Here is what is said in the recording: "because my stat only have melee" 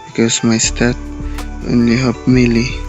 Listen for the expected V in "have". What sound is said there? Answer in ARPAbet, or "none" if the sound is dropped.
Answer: P